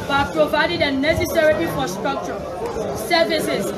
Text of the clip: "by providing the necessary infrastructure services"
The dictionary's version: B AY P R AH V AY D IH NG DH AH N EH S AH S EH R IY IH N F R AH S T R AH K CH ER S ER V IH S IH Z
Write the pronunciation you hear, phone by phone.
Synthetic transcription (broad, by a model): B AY P R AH V AY D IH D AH N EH S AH S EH R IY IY F AH S T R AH K CH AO S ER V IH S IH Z